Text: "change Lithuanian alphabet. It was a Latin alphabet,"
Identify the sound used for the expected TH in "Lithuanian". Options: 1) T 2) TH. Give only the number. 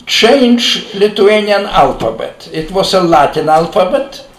1